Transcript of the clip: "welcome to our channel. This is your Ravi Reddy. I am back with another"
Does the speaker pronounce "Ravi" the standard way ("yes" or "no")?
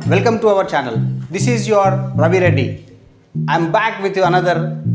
no